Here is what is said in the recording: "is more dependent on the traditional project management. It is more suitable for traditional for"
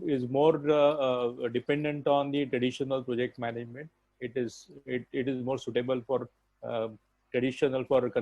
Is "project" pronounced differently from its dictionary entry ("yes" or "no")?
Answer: no